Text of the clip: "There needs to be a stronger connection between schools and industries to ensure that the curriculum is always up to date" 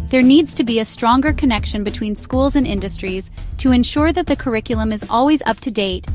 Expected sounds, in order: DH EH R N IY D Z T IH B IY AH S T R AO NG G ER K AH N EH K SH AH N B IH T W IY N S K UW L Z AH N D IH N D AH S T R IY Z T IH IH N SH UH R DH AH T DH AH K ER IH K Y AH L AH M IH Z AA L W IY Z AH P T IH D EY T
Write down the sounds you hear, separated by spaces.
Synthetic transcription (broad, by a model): DH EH R N IY D Z T IH B IY AH S T R AO NG G ER K AH N EH K SH AH N B IH T W IY N S K UW L Z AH N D IH N D AH S T R IY Z T IH IH N SH UH R DH AH T DH AH K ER IH K Y L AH M IH Z AA L W IY Z AH P T IH D EY T